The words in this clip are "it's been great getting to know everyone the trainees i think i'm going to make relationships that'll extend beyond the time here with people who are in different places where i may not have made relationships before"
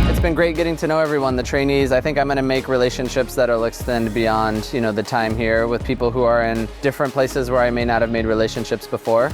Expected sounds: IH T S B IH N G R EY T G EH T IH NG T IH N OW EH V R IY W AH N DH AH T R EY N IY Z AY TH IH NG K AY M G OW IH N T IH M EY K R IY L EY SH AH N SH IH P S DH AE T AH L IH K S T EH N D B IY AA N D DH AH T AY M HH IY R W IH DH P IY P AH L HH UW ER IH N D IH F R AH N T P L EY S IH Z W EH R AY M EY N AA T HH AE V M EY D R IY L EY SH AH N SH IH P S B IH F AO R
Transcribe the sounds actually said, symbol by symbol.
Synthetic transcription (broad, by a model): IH T S B IH N G R EY T G EH T IH NG T IH N OW EH V R IY W AH N DH AH T R EY N IY Z AY TH IH NG K AY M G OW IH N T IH M EY K R IY L EY SH AH N SH IH P S DH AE T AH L IH K S T EH N D B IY AA N D DH AH T AY M HH IY R W IH DH P IY P L HH UW ER IH N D IH F R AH N P L EY S IH Z W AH R AY M EY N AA T HH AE V M EY D R IY L EY SH AH N SH IH P S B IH F AO R